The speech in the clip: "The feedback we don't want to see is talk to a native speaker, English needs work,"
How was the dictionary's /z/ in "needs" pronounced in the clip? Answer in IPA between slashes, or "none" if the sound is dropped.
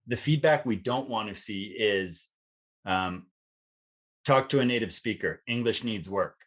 /z/